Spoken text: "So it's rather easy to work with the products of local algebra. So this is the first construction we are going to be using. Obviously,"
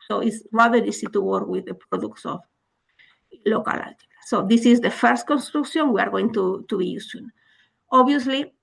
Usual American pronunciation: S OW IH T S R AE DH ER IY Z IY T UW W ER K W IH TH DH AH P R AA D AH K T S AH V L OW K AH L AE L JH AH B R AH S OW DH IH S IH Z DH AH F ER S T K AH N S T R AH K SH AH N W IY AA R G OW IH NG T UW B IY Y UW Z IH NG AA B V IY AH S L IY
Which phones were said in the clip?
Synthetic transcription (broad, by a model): S OW IH T S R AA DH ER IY S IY T UW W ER K W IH DH AH P R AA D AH K T S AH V L OW K AH L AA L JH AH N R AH S OW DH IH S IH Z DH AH F ER S T K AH N S T R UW K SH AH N W IY AA R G OW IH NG T UW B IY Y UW S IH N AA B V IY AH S L IY